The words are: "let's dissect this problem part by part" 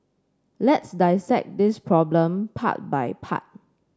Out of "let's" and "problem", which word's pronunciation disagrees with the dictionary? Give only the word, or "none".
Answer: none